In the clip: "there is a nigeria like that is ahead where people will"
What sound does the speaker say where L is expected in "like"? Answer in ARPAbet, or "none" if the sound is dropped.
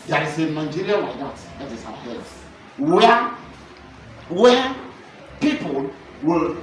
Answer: W